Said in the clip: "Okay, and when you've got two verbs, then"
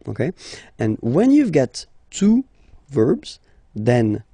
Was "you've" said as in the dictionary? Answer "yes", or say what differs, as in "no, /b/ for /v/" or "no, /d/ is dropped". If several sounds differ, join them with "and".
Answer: yes